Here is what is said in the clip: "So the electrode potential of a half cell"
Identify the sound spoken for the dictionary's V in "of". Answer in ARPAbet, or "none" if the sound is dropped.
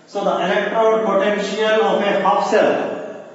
P